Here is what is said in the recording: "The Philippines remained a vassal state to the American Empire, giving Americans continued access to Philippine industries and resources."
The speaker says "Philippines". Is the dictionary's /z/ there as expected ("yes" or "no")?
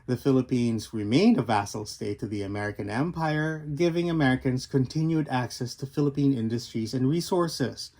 yes